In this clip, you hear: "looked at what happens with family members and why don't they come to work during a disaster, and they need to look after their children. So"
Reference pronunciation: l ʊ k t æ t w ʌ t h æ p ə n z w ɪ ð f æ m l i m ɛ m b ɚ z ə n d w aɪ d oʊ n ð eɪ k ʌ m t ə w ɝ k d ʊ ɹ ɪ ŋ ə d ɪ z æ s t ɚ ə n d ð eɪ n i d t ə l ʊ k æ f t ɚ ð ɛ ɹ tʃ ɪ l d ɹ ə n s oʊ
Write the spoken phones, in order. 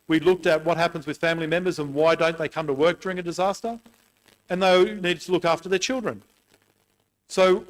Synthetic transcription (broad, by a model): l ʊ k t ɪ t w ʌ t h æ p ə n z w ɪ ð f æ m l i m ɛ m b ɚ z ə n w aɪ d oʊ n ð eɪ k ʌ m t ə w ɝ k d ʊ ɹ ɪ ŋ ə d ɪ z æ s t ɚ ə n ð eɪ n i d t ə l ʊ k æ f t ɚ ð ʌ ɹ tʃ ɪ l d ɹ ə n s oʊ